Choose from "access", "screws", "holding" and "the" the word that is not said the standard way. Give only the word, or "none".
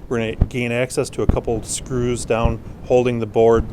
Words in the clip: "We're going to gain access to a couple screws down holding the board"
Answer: none